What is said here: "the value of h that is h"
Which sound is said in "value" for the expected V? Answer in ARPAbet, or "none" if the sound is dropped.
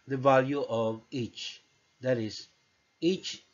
V